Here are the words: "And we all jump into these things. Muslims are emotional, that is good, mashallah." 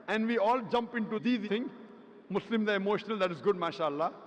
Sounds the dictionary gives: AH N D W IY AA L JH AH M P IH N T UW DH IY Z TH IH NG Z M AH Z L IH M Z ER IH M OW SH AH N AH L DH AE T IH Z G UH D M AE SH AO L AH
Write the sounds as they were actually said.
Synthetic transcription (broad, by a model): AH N D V IY AA L JH AH M P IH N T UW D IY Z T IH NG M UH S L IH M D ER IH M OW SH AH N AH L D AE T IH Z G UH D M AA SH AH L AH